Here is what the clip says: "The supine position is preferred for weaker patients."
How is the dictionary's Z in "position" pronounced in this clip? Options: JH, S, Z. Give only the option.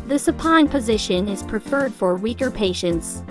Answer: Z